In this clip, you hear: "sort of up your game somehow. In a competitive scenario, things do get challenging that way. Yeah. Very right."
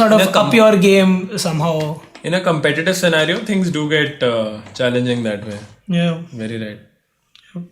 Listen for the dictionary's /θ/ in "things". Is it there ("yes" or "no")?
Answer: no